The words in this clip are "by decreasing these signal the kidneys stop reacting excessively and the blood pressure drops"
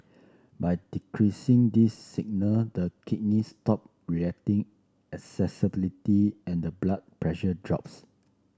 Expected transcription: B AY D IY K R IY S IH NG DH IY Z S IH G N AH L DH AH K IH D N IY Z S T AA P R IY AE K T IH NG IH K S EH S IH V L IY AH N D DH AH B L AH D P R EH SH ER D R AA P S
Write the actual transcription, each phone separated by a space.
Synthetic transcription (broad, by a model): B AY D IY K R IY S IH NG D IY S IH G N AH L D AH K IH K N IY S T AA P R IY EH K T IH NG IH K S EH S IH B L IY AH N D AH B L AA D P R EH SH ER D R AA P S